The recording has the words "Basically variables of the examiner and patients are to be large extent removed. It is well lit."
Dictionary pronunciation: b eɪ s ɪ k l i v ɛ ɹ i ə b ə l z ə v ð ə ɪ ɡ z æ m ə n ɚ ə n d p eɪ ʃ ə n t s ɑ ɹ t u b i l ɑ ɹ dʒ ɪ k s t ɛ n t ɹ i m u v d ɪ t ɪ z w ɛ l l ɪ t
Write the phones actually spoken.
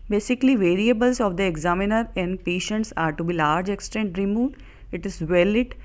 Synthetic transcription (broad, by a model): b eɪ s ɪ k l i v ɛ ɹ i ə b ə l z ə v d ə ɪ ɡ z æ m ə n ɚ ə n d p eɪ ʃ ə n t s ɑ ɹ t u b i l ɑ ɹ dʒ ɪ k s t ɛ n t ɹ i m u d ɪ t ɪ z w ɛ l l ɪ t